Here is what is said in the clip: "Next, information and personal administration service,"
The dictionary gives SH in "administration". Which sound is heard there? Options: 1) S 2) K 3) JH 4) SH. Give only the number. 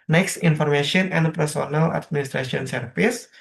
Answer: 1